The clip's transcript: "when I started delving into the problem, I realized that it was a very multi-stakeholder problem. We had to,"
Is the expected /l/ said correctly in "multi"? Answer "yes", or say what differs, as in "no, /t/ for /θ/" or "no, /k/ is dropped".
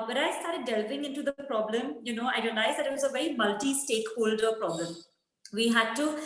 yes